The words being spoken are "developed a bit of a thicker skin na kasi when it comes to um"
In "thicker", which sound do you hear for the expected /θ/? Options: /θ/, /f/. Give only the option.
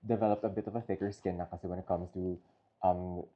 /f/